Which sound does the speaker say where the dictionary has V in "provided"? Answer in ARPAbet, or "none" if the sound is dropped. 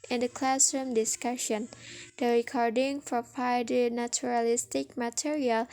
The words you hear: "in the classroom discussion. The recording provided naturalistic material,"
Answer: P